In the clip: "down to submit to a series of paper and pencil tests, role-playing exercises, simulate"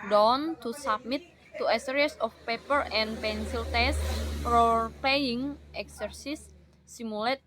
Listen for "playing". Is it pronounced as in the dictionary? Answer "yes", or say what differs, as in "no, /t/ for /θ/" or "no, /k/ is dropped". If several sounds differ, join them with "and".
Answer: no, /l/ is dropped